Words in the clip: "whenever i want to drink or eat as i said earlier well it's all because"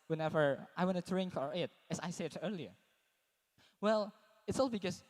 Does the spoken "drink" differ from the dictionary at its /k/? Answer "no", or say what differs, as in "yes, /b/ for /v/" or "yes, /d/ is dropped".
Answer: no